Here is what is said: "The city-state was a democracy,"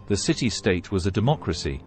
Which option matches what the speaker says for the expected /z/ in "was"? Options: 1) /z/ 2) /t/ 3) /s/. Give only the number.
1